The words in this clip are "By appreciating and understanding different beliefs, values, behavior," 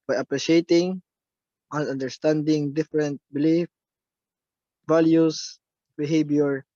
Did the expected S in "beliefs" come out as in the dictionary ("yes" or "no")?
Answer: no